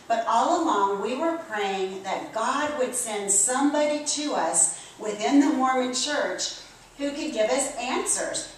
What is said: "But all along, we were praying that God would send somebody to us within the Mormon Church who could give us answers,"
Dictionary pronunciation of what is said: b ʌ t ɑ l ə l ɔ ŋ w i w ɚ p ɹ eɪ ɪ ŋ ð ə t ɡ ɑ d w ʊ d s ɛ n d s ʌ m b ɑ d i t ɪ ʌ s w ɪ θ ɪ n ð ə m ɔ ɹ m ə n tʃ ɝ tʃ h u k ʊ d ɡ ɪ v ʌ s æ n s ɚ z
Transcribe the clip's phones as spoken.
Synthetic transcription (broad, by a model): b ʌ t ɑ l ə l ɔ ŋ w i w ɚ p ɹ eɪ ɪ ŋ ð ə t ɡ ɑ d w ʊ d s ɛ n d s ʌ m b ɑ d i t ɪ ʌ s w ɪ θ ɪ n ð ə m ɔ ɹ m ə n tʃ ɝ tʃ h u k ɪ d ɡ ɪ v ʌ s æ n s ɚ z